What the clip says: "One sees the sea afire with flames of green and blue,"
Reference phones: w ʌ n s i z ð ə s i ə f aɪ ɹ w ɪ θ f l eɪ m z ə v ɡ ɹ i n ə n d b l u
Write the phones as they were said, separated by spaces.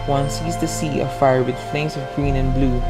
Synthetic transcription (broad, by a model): w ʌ n s i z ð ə s i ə f aɪ ɹ w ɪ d f l eɪ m s ə v ɡ ɹ i n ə n b l u